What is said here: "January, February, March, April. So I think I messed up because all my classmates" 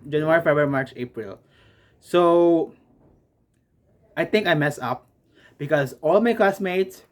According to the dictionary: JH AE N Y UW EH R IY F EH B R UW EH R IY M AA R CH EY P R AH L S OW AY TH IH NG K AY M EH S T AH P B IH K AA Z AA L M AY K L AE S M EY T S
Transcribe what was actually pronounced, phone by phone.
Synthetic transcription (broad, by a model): JH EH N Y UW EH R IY F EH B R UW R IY M AA R CH EY P R AH L S OW AY T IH NG K AY M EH S AH P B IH K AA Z AA L M AY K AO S M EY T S